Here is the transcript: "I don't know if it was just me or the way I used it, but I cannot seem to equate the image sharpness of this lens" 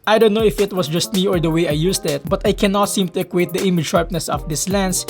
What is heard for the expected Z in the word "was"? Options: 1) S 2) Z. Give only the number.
1